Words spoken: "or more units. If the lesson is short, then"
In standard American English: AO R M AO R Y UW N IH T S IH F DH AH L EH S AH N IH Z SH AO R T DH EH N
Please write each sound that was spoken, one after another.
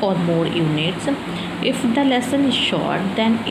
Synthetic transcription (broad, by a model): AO R M AO R Y UW N IH T S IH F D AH L EH S AH N IH Z SH AO R T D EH N